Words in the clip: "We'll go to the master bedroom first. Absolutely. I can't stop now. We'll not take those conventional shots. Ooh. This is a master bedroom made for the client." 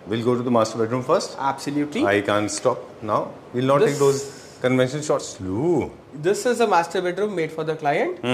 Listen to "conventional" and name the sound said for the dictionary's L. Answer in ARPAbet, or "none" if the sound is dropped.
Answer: N